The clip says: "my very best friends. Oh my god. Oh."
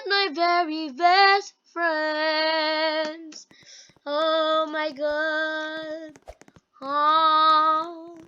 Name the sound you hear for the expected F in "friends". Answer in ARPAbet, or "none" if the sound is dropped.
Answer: F